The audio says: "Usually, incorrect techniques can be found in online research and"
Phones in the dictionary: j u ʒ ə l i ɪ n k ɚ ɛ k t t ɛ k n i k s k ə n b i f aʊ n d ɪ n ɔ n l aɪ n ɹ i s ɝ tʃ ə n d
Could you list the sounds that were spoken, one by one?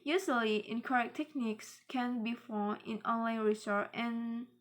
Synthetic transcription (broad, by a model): j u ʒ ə l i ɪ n k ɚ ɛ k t t ɛ k n i k s k ə n b i f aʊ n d ɪ n ɔ n l aɪ n ɹ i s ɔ ə n